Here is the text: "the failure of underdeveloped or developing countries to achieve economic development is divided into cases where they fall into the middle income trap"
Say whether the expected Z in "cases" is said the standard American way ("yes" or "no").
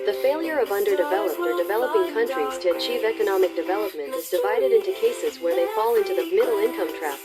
yes